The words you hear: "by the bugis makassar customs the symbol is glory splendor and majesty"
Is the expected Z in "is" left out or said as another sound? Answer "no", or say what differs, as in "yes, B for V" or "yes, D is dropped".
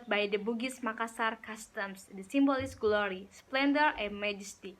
yes, S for Z